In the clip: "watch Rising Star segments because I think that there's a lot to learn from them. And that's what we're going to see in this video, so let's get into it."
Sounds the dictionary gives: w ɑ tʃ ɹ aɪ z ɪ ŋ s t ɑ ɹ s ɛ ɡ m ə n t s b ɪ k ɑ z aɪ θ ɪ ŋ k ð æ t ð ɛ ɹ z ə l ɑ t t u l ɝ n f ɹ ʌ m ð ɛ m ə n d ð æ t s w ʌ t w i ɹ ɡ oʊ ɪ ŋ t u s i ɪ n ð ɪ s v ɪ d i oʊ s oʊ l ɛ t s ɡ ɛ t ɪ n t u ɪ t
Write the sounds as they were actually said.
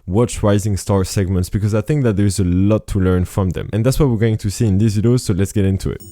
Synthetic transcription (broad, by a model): w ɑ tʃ ɹ aɪ z ɪ ŋ s t ɑ ɹ s ɛ ɡ m ə n t s b ɪ k ɑ z aɪ θ ɪ ŋ k ð æ t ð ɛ ɹ z ə l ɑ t t u l ɝ n f ɹ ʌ m ð ɛ m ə n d ð æ t s w ʌ t w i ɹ ɡ oʊ ɪ ŋ t u s i ɪ n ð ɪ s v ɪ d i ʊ s oʊ l ɛ t s ɡ ɛ t ɪ n t u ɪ t